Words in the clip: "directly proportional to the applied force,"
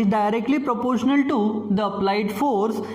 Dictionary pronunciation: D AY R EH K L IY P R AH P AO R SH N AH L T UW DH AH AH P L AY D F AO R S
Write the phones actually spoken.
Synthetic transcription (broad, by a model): D AY R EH K L IY P R AH P AO R SH N AH L T UW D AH AH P L AY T F AO R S